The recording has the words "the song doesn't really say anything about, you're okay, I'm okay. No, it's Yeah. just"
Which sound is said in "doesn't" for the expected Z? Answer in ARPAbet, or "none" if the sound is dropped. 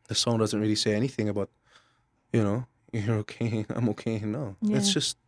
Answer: Z